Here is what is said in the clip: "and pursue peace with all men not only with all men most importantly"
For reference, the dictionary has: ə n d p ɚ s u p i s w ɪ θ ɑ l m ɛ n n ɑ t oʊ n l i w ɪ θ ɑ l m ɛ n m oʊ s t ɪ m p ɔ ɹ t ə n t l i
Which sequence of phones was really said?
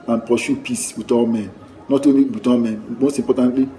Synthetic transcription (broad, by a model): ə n p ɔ ʃ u p i s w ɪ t ɑ l m ɛ n n ɑ t oʊ n l i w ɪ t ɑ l m ɛ n m oʊ s t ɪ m p ɔ t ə n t l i